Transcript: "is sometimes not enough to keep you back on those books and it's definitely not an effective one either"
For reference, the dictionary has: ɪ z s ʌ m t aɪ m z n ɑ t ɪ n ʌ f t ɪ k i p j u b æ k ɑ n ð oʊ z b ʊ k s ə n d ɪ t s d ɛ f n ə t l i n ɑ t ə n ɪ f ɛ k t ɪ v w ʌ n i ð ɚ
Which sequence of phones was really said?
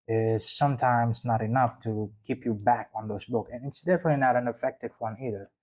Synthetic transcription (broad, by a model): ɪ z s ʌ m t aɪ m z n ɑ t ɪ n ʌ f t ɪ k i p j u b æ k n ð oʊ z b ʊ k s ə n ɪ t s d ɛ f n ə t l i n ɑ t ə n ɪ f ɛ k t ɪ v w ʌ n i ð ɚ